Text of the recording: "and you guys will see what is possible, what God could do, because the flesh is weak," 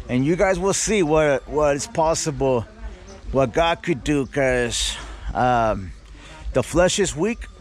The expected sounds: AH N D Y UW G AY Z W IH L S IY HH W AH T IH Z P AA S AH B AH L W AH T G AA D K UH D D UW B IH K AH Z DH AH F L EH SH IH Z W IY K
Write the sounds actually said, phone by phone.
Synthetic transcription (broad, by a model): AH N Y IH G AY Z W IH L S IY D W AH T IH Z P AA S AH B L W AH T G AA D K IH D D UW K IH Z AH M DH AH F L EH SH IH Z W IY K